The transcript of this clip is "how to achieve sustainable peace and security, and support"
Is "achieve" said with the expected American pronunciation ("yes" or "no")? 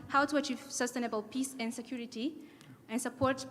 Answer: yes